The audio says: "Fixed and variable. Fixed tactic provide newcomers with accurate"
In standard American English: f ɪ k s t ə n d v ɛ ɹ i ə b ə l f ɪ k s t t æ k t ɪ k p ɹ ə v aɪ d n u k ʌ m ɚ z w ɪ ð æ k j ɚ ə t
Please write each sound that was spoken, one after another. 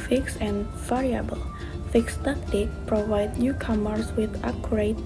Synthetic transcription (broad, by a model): f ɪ k s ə n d v ɛ ɹ i ə b ə l f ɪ k s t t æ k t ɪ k p ɹ ə v aɪ d n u k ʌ m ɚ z w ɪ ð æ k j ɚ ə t